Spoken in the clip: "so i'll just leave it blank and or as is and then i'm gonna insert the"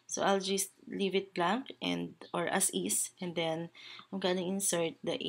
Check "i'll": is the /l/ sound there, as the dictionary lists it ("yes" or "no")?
yes